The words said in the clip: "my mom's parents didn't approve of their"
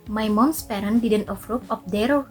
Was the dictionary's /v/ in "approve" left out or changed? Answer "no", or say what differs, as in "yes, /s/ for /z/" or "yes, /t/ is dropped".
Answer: yes, /p/ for /v/